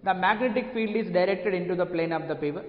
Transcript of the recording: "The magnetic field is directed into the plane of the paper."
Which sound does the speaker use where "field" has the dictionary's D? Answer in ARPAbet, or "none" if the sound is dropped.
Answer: D